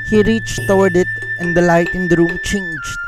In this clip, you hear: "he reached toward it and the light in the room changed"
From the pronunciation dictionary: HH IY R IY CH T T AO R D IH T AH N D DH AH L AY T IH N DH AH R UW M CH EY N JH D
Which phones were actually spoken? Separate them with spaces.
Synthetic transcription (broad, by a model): HH IY R IY CH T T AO W D IH T AH N D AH L AY T IH N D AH R UW M CH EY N JH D